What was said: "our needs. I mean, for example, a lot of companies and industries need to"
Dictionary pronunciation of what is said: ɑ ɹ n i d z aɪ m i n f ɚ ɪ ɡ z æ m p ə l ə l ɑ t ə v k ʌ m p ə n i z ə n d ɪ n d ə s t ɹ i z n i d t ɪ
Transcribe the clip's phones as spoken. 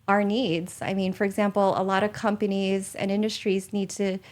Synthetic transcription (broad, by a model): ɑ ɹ n i d z aɪ m i n f ɚ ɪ ɡ z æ m p l ə l ɑ t ə v k ʌ m p ə n i z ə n ɪ n d ə s t ɹ i z n i d t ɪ